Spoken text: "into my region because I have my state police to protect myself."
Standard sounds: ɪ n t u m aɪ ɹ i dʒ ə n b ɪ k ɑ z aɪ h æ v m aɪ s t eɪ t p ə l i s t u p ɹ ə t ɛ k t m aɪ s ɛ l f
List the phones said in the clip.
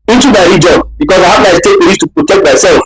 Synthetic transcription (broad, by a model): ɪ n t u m aɪ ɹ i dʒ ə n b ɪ k ɑ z aɪ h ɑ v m aɪ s t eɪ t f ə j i t u p ɹ ə t ɛ k t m aɪ s ɛ l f